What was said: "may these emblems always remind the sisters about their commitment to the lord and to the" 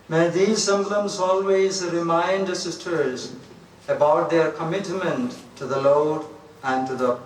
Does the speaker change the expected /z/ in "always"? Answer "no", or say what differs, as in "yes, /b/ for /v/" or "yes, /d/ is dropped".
no